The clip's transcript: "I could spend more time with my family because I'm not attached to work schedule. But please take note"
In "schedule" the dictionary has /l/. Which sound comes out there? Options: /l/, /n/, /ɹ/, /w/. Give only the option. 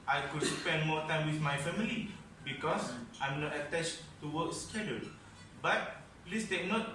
/n/